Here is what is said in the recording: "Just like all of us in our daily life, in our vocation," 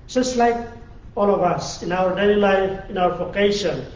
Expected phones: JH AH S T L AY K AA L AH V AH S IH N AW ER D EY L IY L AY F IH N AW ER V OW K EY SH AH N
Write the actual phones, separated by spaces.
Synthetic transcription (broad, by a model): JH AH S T L AY K AA L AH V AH S IH N AW ER D EY L IY L AY F IH N AW ER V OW K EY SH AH N